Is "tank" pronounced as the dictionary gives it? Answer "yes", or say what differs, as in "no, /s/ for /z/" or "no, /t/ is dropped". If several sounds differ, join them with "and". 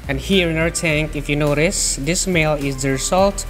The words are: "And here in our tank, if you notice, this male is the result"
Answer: yes